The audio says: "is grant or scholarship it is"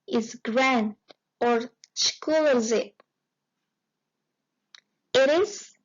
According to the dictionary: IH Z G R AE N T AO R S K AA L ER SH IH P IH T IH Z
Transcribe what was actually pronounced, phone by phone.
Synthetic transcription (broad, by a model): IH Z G R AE N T AO R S K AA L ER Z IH IH T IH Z